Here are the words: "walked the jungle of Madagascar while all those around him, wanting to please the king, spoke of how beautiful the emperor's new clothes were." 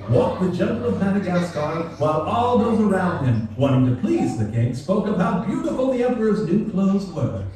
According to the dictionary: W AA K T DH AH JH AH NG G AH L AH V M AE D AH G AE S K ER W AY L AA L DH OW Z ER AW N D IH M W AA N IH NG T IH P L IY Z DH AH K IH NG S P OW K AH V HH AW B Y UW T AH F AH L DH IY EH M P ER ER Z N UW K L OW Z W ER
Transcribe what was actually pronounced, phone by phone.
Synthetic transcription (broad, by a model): W AA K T DH AH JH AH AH N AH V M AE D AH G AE S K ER W AY L AA L DH OW Z ER AW N D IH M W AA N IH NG T IH P L IY Z DH AH K IH NG S P OW K AH V HH AW B Y UW T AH F L DH IY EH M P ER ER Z N UW K L OW Z W ER